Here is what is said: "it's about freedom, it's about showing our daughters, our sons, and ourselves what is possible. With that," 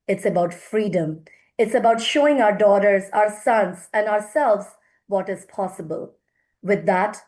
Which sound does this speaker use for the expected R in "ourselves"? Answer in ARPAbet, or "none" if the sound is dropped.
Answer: R